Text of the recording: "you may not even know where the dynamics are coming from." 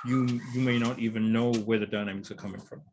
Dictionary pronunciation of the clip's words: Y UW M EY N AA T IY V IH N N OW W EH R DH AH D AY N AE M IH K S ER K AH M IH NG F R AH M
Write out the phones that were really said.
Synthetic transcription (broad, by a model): Y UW M EY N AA T IY V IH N N OW W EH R DH AH D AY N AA IH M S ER K AH M IH NG F R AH M